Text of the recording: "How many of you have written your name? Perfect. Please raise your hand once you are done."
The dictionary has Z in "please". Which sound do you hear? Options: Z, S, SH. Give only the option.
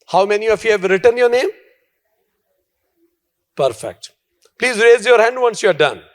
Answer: Z